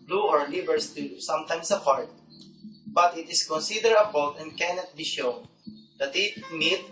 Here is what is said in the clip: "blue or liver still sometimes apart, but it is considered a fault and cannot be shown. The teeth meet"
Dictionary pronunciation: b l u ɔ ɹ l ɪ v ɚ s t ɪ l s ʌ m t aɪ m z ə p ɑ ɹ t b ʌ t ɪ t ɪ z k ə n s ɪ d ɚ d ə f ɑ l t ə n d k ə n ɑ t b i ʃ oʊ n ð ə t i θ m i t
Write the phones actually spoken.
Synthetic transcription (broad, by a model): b l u ɔ ɹ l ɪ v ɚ s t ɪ s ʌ m t aɪ m s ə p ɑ ɹ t b ʌ t ɪ t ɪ s k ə n s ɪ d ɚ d ə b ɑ l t ə n d k ə n ɑ t b i ʃ oʊ n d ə t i t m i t